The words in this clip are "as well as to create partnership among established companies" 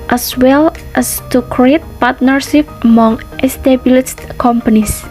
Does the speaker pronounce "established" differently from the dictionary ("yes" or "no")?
yes